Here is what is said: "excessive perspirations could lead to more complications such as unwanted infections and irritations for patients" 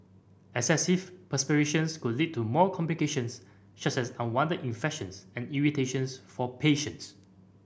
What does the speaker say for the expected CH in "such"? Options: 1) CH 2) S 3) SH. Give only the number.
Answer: 2